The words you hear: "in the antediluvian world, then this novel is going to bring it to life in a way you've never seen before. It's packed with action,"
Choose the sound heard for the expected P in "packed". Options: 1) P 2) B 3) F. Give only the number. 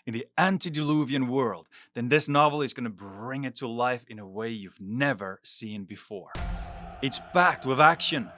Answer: 2